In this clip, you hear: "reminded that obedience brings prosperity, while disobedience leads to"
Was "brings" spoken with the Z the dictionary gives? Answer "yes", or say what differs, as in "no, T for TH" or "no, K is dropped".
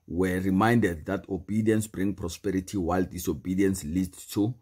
no, Z is dropped